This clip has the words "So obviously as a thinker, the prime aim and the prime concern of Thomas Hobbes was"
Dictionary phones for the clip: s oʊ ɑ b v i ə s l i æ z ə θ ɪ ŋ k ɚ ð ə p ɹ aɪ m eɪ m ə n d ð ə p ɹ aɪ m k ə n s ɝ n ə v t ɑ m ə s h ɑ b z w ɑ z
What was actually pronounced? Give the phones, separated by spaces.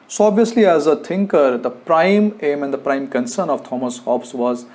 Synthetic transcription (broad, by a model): s oʊ ɑ b v i ə s l i æ z ə t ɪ ŋ k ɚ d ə p ɹ aɪ m eɪ m ə n d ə p ɹ aɪ m k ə n s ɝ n ə v t ɑ m ə s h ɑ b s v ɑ z